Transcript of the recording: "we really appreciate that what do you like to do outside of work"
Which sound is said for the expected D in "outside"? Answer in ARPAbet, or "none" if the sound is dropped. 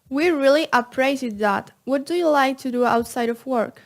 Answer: D